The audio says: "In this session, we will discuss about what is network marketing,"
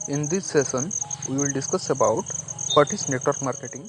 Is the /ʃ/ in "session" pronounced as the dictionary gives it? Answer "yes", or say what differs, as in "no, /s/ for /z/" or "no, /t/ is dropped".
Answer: no, /s/ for /ʃ/